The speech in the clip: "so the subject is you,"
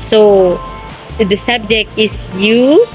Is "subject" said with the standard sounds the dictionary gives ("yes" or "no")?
yes